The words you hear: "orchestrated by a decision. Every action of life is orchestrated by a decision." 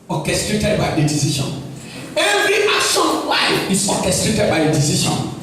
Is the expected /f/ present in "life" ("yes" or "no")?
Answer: no